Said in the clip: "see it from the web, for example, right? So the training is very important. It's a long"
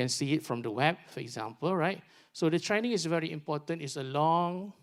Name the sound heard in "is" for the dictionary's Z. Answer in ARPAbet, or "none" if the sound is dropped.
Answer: S